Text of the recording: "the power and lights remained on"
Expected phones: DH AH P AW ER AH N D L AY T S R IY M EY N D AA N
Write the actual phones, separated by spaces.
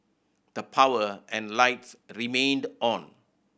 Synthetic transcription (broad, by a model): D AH P AW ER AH N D L AY T S R IY M EY N D AA N